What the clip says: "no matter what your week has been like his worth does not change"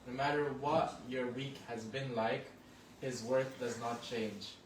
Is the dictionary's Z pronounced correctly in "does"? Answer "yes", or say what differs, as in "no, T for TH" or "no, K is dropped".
yes